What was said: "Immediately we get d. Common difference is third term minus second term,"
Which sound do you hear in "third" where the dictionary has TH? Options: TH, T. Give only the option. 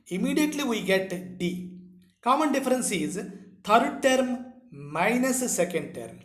T